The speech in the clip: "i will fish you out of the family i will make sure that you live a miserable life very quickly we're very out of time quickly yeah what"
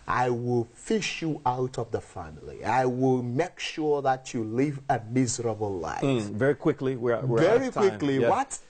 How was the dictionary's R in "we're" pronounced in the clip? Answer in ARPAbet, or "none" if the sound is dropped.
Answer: W